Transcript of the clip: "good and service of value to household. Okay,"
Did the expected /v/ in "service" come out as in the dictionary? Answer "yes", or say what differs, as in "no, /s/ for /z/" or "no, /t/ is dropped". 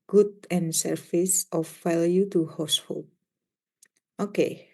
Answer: no, /f/ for /v/